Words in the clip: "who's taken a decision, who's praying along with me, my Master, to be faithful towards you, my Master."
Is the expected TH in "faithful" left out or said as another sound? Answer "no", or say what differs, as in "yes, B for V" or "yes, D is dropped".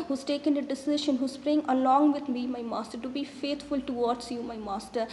yes, T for TH